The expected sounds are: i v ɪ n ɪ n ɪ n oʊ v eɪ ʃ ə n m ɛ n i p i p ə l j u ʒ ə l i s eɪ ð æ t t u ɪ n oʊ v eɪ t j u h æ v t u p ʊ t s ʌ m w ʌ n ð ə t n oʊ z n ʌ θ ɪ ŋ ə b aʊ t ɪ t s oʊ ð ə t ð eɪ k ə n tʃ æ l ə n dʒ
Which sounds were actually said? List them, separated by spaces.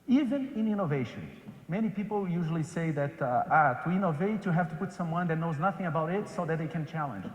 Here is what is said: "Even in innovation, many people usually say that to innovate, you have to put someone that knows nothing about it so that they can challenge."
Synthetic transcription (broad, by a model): i v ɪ n ɪ n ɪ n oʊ v eɪ ʃ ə n m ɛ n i p i p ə l j u ʒ ə l i s eɪ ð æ t t u ɪ n oʊ v eɪ t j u h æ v t u p ʊ t s ʌ m w ʌ n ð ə t n oʊ z n ʌ θ ɪ ŋ ə b aʊ t ɪ t s oʊ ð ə t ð eɪ k ə n tʃ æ l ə n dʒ